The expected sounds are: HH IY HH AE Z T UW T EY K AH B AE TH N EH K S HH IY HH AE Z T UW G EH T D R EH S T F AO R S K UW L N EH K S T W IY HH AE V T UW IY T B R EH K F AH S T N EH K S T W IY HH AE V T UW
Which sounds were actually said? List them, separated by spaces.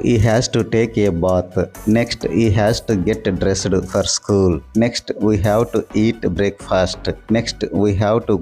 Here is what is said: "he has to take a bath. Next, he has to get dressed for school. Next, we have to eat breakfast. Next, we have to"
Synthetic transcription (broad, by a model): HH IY HH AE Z T UW T EY K AH B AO T N EH K S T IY HH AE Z T UW G EH T D R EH S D F AO R S K UW L N EH K S T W IY HH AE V T UW IY T B R EH K F AH S T N EH K S T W IY HH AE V T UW